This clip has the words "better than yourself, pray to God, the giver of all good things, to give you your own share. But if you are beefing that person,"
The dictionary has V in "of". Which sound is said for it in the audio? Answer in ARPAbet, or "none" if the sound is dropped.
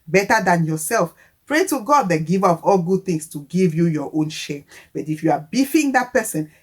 P